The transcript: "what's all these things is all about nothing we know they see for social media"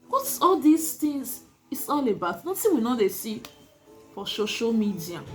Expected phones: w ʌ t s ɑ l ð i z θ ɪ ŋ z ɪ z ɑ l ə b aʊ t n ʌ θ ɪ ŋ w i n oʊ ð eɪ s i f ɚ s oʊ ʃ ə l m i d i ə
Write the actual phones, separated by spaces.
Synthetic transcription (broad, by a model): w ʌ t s ɑ l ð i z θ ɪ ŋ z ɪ s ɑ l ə b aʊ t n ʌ s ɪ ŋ w i n oʊ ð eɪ s i f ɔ s oʊ ʃ ə l m i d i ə